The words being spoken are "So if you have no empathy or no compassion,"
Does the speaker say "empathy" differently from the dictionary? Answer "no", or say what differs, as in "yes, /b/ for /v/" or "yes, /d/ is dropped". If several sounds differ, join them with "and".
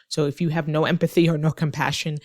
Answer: no